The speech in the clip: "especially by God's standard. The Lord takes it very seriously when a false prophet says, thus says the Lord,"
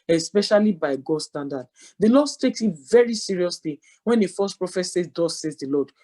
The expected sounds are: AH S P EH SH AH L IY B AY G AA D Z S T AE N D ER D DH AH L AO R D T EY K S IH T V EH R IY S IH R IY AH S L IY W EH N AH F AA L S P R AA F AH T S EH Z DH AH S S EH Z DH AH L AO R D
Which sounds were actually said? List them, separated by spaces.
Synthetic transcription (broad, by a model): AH S P EH SH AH L IY B AY G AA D S T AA N D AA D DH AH L AO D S T EY K S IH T V EH R IY S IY R IY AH S L IY W EH N AH F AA S P R AA F AH T S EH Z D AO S S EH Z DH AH L AO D